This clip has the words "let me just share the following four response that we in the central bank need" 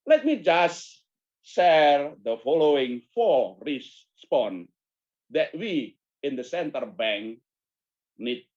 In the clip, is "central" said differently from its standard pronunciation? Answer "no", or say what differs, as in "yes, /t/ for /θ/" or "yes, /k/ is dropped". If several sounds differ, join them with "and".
yes, /ɹ/ is dropped